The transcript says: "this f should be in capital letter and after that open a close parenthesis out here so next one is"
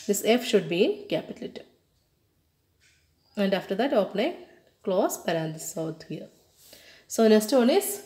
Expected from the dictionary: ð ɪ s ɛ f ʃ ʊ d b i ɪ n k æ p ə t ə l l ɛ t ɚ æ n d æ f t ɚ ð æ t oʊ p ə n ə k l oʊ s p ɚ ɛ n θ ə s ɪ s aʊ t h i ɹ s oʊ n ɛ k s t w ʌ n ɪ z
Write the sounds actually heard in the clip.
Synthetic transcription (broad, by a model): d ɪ s ɛ f ʃ ʊ d b i ɪ n k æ p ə t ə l l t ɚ æ n d æ f t ɚ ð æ t oʊ p ə n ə k l oʊ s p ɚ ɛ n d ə s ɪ ʊ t h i ɹ s oʊ n ɛ k s t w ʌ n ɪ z